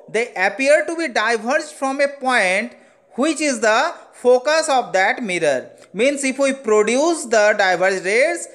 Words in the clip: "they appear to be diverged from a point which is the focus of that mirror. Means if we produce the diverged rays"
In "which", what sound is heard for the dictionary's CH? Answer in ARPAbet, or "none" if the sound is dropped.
CH